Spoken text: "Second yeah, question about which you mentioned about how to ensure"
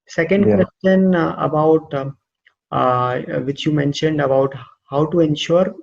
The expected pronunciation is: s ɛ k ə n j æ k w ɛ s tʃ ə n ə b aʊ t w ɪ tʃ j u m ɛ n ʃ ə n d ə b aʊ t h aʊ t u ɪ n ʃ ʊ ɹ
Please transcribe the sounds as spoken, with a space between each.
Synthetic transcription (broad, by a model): s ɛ k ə n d k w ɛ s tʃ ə n ə b aʊ t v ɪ tʃ j u m ɛ n ʃ ə n d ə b aʊ t h aʊ t u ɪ n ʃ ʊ ɹ